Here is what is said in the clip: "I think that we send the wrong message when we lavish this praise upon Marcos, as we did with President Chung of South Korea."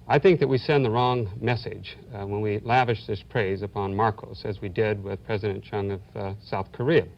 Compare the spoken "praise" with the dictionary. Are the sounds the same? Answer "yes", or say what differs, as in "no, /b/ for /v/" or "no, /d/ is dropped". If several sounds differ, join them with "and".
yes